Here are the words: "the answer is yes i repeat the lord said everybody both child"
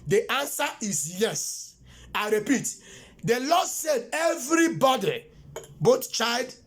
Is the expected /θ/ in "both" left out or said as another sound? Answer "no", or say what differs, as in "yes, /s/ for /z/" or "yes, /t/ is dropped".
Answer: yes, /t/ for /θ/